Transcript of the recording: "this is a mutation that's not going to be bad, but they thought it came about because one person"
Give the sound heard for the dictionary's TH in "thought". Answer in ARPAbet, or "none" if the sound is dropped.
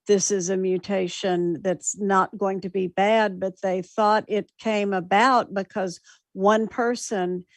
TH